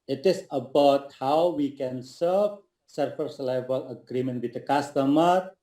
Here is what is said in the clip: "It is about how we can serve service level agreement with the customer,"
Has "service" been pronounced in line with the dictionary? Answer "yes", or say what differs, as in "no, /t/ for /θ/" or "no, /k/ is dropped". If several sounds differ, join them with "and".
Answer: no, /f/ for /v/